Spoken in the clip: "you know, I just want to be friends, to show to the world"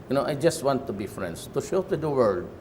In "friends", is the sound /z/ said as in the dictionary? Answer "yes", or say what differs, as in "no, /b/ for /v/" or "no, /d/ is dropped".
no, /s/ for /z/